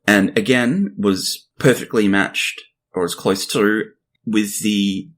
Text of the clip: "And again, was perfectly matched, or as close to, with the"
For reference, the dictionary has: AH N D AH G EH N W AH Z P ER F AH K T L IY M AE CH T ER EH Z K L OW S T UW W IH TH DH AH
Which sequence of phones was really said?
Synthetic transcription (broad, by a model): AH N AH G EH N W AH Z P ER F AH K T L IY M AE CH T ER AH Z K L OW S T UW W IH DH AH